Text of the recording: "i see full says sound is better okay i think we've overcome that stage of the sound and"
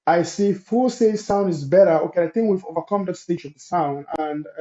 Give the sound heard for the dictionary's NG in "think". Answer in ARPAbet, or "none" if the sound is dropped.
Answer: NG